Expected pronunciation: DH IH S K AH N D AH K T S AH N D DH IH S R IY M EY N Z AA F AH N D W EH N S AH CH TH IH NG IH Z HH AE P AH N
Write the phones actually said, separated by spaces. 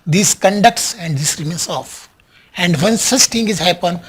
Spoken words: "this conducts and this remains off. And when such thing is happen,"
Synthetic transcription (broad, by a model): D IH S K AH N D AH K T S AH N D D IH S R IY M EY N S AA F AH N D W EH N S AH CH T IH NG IH Z HH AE P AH N